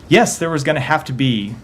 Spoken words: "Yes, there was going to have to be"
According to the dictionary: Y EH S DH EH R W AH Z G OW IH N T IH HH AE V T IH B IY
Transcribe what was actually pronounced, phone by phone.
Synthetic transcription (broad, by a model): Y EH S DH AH R W AH Z G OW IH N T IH HH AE F T IH B IY